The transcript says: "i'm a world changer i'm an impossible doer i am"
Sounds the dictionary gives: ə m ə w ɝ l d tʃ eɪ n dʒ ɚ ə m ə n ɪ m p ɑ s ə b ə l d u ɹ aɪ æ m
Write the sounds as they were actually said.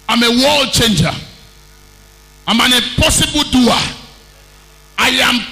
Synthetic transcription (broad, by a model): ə m ə w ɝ l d tʃ eɪ n dʒ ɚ ə m ə n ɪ p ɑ s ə b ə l d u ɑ aɪ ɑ m